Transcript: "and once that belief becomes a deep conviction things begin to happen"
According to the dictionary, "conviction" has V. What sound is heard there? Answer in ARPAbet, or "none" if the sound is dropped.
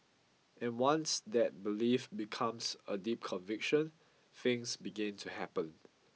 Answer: V